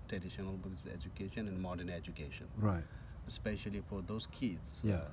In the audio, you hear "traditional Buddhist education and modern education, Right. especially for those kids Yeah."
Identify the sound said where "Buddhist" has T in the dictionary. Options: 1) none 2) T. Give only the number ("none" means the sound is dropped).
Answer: 1